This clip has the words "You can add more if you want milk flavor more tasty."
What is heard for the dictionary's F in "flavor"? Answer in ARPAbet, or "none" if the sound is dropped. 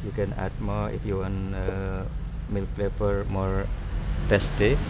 P